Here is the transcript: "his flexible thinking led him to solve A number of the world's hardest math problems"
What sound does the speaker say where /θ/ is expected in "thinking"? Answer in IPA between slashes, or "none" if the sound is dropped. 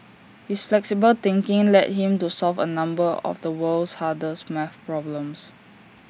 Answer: /t/